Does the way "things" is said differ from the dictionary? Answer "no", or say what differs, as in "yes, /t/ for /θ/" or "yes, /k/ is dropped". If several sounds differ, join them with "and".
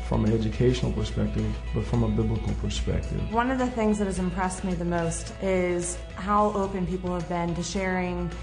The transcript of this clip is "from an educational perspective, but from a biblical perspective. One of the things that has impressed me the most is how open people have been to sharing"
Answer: no